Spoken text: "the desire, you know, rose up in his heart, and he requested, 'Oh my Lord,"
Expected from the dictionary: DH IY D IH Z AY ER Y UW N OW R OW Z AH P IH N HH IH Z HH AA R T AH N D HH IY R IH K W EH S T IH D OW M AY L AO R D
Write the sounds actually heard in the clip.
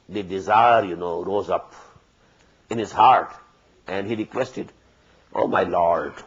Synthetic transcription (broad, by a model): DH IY D IH Z AY ER Y UW N OW R OW Z AH P IH N HH IH Z HH AA R T AH N D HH IY R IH K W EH S T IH D OW M AY L AO R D